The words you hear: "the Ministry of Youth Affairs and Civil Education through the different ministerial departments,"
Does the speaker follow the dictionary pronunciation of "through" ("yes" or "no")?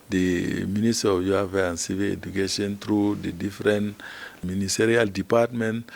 no